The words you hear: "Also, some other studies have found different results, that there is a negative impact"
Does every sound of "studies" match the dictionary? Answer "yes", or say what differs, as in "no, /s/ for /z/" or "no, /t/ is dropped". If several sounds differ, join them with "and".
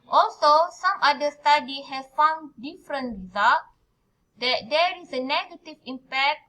no, /z/ is dropped